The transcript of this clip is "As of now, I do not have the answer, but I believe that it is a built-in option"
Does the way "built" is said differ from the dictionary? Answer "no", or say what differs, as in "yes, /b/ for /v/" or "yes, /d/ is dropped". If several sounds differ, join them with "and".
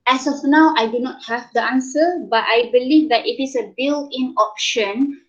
yes, /t/ is dropped